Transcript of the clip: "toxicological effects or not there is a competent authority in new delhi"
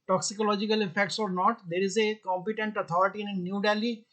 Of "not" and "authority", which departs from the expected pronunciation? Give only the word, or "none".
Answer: authority